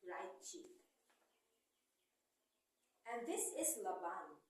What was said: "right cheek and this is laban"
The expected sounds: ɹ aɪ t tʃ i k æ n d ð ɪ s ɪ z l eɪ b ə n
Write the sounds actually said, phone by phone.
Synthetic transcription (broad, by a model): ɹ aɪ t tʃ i æ n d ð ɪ s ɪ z l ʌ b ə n